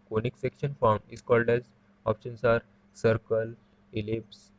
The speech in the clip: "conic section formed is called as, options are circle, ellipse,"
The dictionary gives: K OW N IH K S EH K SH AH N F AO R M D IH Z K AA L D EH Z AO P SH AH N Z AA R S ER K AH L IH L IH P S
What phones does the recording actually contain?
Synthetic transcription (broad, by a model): K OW N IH K S EH K SH AH N F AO R M IH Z K AA L D EH Z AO P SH AH N S AA R S ER K AH L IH L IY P S